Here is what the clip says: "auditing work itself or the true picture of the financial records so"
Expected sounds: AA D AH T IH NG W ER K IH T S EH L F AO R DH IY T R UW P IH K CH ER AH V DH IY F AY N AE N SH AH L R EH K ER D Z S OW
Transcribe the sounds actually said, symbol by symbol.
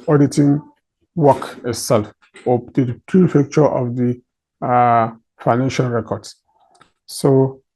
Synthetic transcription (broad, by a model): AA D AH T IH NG W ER K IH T S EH L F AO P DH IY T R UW F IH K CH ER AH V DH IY F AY N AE N SH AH L R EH K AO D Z S OW